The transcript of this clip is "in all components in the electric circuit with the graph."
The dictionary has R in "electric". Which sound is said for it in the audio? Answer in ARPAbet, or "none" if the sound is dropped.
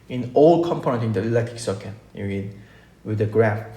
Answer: none